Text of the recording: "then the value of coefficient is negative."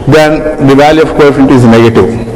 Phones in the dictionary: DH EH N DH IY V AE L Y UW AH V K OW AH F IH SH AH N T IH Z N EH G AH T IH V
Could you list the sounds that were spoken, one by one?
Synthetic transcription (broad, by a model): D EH N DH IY V AE L Y UW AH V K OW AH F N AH T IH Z N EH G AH T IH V